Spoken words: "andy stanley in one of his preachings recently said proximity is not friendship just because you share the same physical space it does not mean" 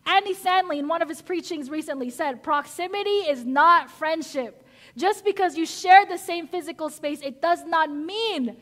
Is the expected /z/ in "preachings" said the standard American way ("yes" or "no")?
yes